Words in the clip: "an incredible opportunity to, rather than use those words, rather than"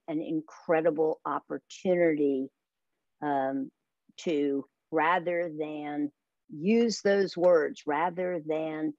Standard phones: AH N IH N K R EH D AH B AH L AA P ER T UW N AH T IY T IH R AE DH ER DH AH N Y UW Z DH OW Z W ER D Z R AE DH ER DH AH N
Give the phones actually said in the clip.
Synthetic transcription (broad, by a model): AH N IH N K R EH D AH B L AA P ER T UW N AH T IY T IH R AE DH ER DH AH N Y UW Z DH OW Z W ER D Z R AE DH ER DH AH N